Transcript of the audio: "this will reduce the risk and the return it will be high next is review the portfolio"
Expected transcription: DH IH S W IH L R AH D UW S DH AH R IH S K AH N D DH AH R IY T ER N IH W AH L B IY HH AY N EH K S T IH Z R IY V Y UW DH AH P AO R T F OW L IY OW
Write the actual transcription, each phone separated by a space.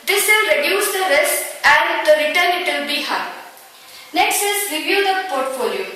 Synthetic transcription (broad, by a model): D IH S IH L R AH D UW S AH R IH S AH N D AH R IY T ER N IH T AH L B IY HH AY N EH K S T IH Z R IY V Y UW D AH P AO R T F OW L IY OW